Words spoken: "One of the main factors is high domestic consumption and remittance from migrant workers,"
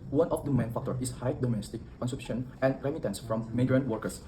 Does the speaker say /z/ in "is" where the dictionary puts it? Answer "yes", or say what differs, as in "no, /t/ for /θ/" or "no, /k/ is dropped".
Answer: no, /s/ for /z/